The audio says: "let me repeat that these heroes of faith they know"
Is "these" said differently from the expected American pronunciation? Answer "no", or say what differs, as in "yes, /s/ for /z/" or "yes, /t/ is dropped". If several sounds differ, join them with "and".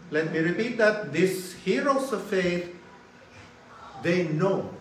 yes, /s/ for /z/